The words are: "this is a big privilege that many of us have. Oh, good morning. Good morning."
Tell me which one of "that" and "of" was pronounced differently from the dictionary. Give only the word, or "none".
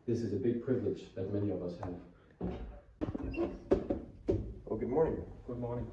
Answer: none